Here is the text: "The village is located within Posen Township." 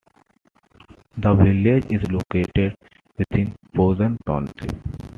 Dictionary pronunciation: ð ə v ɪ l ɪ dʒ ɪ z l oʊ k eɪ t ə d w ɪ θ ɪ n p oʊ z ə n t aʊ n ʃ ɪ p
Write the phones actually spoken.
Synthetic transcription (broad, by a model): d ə v ɪ l ɪ dʒ ɪ z l oʊ k eɪ t ə d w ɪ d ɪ n p oʊ z ə n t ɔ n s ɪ